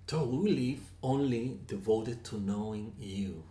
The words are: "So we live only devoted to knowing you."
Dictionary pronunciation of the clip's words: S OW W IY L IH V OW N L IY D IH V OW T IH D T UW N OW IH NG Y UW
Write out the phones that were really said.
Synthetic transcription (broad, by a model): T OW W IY L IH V OW N L IY D IH V OW T IH D T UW N OW IH NG Y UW